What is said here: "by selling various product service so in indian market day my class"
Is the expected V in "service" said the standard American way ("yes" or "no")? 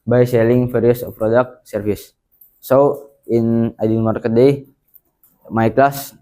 no